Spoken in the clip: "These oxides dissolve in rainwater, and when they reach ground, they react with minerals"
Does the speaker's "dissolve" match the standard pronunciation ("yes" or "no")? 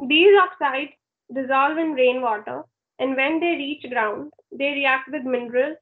yes